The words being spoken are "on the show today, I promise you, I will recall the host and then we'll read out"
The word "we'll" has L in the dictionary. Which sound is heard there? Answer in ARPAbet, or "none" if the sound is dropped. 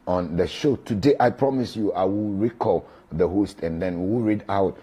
W